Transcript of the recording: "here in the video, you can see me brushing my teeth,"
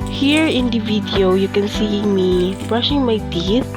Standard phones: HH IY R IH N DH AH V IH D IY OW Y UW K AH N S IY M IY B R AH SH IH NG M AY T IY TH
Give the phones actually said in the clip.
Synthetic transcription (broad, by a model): HH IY R IH N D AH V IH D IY OW Y UW K AH N S IY M IY B R AH SH IH NG M AY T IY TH